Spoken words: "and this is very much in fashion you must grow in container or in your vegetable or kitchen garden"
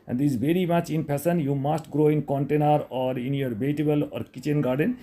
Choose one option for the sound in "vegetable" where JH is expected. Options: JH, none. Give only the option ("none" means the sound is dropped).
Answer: none